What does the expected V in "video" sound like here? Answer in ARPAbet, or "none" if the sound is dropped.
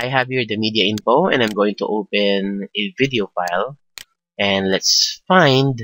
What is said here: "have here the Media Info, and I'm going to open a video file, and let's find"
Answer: V